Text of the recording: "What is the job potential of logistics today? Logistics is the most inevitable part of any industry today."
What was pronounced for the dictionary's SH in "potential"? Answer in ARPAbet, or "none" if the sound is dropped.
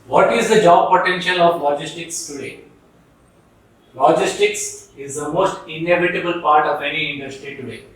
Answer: SH